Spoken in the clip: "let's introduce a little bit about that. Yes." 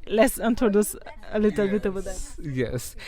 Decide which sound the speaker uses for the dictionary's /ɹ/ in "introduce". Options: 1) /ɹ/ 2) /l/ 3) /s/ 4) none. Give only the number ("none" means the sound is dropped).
4